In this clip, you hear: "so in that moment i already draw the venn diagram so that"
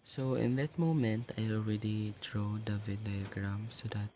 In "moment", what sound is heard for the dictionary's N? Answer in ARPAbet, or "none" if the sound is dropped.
N